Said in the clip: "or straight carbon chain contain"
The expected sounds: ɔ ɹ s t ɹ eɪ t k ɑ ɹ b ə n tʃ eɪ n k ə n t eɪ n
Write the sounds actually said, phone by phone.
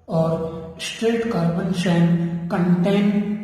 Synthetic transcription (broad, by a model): ɔ ɹ s t ɹ eɪ t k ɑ ɹ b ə n ʃ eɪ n k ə n t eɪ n